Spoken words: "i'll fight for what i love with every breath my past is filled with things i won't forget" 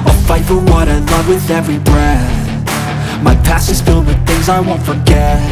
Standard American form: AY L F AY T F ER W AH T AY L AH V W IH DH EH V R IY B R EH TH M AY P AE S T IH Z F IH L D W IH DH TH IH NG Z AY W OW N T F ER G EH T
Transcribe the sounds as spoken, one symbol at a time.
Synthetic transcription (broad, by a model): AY F AY T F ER W AH T AY L AH V W IH DH EH V R IY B R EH M AY P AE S IH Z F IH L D W IH DH TH IH NG Z AY W OW N T F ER G EH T